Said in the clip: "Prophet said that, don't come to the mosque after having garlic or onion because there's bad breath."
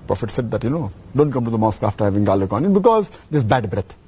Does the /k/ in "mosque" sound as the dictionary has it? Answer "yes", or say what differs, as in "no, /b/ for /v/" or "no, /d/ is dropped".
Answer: yes